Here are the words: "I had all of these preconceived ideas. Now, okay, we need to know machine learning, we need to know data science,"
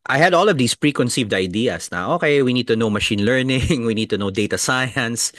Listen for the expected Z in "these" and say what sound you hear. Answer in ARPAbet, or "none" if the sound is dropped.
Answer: S